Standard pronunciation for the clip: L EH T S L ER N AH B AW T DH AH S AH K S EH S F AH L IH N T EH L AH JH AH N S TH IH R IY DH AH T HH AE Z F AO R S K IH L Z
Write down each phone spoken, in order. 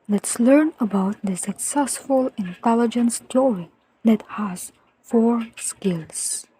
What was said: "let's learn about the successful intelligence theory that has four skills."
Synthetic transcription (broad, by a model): L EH T S L ER N AH B AW T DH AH S AH K S EH S F AH L IH N T EH L AH JH AH N S T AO R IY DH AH T HH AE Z F AO R S K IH L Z